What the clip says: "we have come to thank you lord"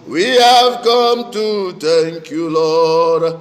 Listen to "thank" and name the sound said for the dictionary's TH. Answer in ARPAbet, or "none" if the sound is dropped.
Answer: T